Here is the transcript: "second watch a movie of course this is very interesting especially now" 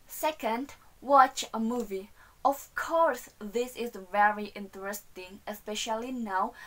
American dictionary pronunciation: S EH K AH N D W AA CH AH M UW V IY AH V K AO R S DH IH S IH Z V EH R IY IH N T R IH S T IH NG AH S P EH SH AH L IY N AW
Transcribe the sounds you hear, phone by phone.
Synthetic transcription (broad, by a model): S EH K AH N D W AA CH AH M UW V IY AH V K AO R S DH IH S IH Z V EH R IY IH N T R IH S T IH NG AH S P EH SH AH L IY N AW